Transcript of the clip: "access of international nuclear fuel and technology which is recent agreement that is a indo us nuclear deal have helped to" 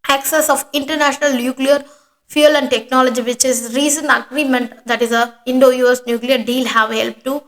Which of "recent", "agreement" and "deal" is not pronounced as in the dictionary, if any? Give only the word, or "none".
recent